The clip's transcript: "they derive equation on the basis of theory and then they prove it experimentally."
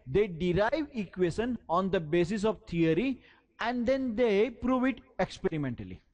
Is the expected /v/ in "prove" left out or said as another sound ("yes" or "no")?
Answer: no